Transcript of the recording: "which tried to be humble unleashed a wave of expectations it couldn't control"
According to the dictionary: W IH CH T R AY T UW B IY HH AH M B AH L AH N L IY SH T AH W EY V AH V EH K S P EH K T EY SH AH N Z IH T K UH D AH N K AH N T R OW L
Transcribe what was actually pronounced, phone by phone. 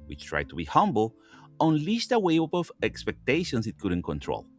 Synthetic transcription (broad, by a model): W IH CH T R AY T UW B IY HH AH M B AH L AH N L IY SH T AH W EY P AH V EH K S P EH K T EY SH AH N S IH T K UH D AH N K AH N T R OW L